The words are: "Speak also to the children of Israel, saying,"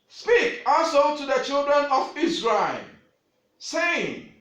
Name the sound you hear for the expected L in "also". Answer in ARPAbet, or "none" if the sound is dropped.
none